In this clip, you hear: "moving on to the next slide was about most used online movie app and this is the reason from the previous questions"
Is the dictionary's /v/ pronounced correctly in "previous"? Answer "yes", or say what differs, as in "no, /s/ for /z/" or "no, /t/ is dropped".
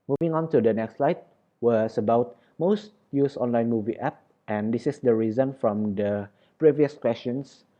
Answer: yes